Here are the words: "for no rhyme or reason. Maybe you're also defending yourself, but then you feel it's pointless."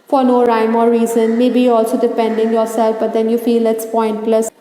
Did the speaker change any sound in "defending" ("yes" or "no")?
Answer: yes